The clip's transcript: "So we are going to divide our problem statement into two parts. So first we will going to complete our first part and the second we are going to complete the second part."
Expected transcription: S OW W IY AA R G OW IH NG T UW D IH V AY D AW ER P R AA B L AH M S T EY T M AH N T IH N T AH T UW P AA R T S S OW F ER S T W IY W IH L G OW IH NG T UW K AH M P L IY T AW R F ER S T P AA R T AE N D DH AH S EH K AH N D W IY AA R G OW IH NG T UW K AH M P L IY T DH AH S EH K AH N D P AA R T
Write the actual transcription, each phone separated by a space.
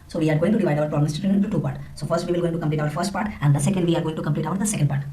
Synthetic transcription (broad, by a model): S OW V IY AA R G OW IH NG T UW D IH V AY D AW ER P R AA B L AH M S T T AH T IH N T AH T UW P AA R T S S OW F ER S T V IY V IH L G OW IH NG T UW K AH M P L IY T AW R F ER S T P AA R T AE N D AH S EH K AH N D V IY AA R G OW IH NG T UW K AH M P L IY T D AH S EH K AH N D P AA R T